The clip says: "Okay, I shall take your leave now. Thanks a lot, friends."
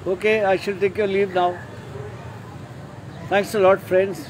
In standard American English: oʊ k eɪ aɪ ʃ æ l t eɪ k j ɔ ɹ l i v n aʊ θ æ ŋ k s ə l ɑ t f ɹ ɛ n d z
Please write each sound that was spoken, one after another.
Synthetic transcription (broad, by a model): oʊ k eɪ aɪ ʃ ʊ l t eɪ k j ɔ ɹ l i v n aʊ t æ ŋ k s ə l ɑ t f ɹ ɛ n d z